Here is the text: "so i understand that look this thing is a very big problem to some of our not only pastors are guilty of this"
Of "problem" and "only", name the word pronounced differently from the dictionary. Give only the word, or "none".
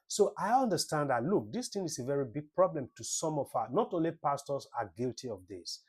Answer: none